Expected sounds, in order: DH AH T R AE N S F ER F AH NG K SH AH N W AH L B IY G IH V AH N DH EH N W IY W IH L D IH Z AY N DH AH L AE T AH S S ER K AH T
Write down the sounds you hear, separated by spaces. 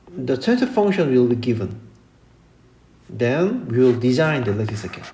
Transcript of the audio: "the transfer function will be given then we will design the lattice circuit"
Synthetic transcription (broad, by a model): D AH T AE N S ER F AH NG K SH AH N W AH L B IY G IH V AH N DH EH N W IY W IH L D IH Z AY N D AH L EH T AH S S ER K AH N